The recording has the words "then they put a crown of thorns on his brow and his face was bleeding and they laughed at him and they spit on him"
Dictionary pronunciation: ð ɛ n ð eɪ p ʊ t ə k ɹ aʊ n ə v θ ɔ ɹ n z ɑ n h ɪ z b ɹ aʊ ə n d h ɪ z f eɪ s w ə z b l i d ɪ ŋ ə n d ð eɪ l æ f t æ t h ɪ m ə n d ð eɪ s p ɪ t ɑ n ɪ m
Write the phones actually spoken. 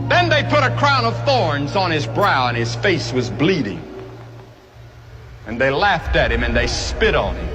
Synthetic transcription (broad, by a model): ð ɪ n ð eɪ p ʊ t ə k ɹ aʊ n ə v θ ɔ ɹ n z n ɪ z b ɹ aʊ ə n ɪ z f eɪ s w ə z b l i d ɪ ŋ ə n ð eɪ l æ f t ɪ t h ɪ m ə n ð eɪ s p ɪ t n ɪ m